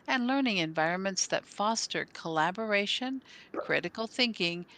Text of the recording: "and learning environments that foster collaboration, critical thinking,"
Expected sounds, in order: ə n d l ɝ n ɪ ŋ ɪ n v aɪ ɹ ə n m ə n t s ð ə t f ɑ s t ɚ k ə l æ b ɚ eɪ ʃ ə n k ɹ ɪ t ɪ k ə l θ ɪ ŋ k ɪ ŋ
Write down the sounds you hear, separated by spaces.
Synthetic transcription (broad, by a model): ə n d l ɝ n ɪ ŋ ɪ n v aɪ ɹ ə n m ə n t s ð ə t f ɑ s t ɚ k ə l æ b ɚ eɪ ʃ ə n k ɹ ɪ t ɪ k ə l θ ɪ ŋ k ɪ ŋ